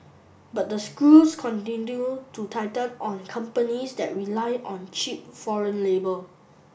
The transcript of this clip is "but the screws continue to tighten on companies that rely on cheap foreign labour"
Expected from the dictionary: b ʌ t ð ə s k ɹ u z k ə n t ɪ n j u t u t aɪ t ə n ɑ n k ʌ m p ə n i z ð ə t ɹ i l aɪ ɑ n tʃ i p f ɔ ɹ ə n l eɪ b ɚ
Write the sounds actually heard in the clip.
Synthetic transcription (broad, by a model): b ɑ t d ə s k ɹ u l k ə n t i n j u t u t aɪ t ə l ɑ n k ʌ m p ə n i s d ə t ɹ i l aɪ ɑ n tʃ i p f ɔ ɹ ə n l eɪ b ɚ